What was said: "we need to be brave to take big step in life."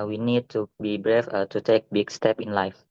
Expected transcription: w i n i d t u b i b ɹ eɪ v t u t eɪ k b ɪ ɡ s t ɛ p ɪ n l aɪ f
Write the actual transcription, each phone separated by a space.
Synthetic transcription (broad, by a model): w i n i d t u b i b ɹ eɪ f t u t eɪ k b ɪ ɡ s t ɛ p ɪ n l aɪ f